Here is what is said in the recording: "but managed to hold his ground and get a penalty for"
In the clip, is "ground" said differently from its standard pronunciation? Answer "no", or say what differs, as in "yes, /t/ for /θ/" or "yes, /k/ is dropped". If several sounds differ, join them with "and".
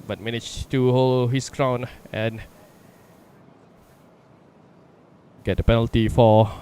yes, /d/ is dropped